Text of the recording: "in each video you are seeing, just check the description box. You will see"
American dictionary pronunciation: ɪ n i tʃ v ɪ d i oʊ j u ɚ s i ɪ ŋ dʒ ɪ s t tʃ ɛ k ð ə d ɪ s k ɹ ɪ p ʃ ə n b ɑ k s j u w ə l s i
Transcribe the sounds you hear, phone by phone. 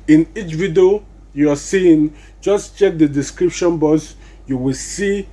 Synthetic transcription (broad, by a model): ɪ n i tʃ v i d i oʊ j u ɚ s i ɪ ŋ dʒ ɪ s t tʃ ɛ k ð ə d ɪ s k ɹ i p ʃ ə n b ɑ s j u w ə l s i